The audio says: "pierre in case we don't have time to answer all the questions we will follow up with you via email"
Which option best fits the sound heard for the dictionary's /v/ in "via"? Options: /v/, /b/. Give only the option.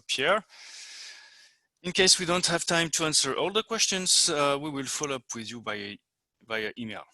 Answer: /b/